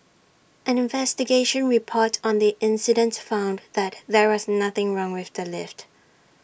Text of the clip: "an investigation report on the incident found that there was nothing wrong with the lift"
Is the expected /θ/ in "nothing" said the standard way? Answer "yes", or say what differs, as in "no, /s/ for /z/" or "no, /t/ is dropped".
yes